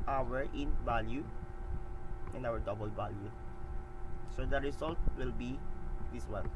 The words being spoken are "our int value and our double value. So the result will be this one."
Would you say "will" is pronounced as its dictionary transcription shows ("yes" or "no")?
yes